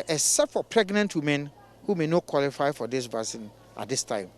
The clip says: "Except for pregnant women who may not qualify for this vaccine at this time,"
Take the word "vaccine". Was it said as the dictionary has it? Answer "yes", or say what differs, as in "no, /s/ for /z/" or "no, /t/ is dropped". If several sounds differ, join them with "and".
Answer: no, /k/ is dropped